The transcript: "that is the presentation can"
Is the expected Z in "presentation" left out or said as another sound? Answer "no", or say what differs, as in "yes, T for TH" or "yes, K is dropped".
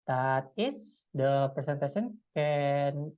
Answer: yes, S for Z